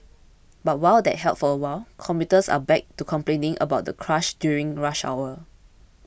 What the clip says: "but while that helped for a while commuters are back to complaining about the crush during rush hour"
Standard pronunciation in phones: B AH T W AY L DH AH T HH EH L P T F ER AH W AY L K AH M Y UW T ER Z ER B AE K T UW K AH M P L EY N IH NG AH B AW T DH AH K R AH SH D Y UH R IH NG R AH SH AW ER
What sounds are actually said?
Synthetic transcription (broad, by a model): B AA T W AY L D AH T HH EH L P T F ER AH W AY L K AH M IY T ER S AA B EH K T UW K AH M P L EY N IH NG AH B AW T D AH K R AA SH D Y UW R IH NG R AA SH AW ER